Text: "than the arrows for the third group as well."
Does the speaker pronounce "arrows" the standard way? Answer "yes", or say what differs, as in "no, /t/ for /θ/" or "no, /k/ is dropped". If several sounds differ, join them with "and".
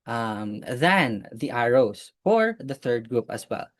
no, /s/ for /z/